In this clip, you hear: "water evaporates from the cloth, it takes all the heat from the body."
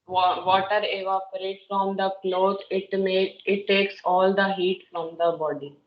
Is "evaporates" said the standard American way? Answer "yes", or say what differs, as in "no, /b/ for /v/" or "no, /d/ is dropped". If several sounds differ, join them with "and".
no, /s/ is dropped